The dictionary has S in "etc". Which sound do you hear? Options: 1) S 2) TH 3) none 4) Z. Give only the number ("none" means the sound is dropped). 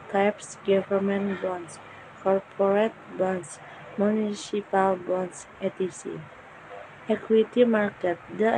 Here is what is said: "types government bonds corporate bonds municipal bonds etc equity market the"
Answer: 3